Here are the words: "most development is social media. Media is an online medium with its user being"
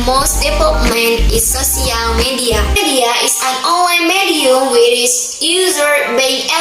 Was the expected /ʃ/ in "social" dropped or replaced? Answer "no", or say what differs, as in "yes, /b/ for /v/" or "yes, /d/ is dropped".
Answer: yes, /s/ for /ʃ/